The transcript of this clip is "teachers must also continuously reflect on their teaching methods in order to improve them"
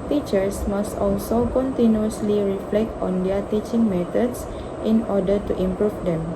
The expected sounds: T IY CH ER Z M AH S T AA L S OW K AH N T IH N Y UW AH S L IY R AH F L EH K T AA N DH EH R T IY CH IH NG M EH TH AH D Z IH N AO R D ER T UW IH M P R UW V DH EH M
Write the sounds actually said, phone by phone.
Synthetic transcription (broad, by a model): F IY CH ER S M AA S T AA L S OW K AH N T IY N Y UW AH S L IY R AH F L EH K T AA N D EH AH T IY CH IH NG M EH T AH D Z IH N AO D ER T UW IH M P R UW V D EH M